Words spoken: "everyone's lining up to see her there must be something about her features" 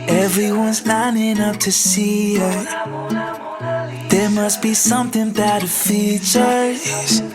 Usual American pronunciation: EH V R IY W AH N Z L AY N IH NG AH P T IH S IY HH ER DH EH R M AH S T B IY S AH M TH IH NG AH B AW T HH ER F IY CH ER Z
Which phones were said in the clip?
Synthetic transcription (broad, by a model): EH V R IY W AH N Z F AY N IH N AH F T IH S IY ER DH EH R M AH S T B IY S AH M TH IH NG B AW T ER F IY CH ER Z